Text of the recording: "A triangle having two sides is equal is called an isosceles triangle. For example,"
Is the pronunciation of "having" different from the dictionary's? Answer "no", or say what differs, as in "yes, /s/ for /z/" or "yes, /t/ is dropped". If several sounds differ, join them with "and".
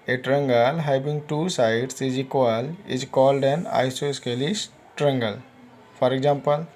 yes, /b/ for /v/